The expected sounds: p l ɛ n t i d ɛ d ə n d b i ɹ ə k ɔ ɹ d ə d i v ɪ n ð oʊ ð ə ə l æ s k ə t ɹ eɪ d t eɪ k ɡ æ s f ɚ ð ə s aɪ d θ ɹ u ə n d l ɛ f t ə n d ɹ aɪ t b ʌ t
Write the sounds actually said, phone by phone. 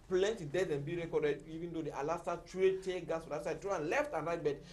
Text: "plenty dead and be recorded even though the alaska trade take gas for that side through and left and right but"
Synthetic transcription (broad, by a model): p l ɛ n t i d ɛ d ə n b i ɹ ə k ɔ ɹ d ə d i v ɪ n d oʊ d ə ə l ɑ s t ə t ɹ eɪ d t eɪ ɡ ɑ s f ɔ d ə s aɪ d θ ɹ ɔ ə n l ɛ f t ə n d ɹ aɪ t b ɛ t